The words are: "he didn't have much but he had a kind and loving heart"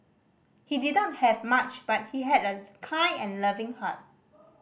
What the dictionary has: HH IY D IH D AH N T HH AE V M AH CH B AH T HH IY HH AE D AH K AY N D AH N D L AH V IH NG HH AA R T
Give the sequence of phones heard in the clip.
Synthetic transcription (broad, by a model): HH IY D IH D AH N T HH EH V M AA CH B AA T HH IY HH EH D AH K AY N AH N L AH V IH NG HH AA T